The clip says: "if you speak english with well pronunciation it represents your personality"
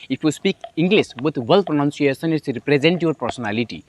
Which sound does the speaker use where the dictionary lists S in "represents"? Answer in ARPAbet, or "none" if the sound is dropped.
none